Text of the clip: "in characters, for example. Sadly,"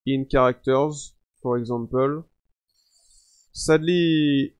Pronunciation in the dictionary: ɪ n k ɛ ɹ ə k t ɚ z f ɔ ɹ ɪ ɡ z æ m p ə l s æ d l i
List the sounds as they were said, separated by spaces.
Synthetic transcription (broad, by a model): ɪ n k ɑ ɹ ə k t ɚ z p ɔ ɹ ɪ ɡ z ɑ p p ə l s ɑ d l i